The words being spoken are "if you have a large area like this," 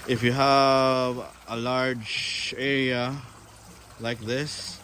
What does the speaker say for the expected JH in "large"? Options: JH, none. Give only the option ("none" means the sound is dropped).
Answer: JH